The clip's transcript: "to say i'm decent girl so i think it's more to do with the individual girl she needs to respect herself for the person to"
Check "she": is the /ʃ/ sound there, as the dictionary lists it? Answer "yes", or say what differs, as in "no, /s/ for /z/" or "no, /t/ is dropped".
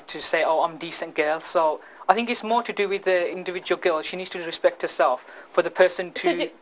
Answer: yes